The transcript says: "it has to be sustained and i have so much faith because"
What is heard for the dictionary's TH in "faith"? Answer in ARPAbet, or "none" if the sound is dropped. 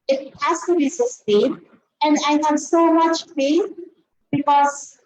S